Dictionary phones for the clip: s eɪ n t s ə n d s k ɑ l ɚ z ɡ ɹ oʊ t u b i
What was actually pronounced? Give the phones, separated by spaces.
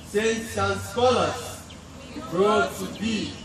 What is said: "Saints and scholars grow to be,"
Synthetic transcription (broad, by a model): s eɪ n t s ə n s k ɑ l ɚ s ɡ oʊ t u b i